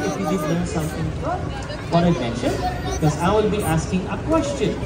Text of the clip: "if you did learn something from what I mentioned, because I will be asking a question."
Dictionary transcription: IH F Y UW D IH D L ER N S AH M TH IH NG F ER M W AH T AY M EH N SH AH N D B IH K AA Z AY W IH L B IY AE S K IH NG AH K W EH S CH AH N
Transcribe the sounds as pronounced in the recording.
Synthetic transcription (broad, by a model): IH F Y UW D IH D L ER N S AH M T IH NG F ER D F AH T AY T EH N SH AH N B IH K AA Z AY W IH L B IY AE S K IH NG AH K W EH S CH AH N